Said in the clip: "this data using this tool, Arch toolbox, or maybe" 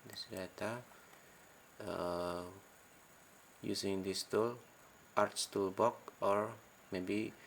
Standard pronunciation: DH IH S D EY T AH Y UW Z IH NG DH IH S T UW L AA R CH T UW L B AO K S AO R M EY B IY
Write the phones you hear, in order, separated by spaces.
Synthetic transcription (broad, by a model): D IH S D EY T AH Y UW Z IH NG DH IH S T UW L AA R S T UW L B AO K AO R M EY B IY